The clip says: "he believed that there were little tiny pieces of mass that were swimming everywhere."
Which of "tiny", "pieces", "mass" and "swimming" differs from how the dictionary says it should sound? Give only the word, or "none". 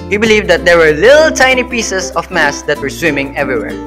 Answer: pieces